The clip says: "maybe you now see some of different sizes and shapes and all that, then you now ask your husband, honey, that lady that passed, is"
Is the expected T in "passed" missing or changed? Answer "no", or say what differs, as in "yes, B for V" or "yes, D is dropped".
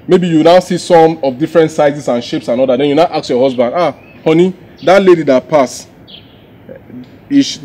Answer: yes, T is dropped